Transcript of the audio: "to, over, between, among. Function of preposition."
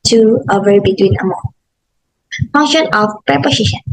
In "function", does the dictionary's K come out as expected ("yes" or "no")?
no